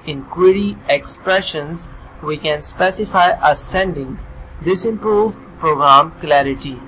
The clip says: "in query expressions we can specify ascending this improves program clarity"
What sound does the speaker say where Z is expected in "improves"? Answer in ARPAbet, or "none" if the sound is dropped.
none